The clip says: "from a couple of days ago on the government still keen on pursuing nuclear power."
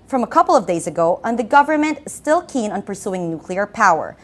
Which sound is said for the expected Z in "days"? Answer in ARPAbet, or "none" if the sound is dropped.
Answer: Z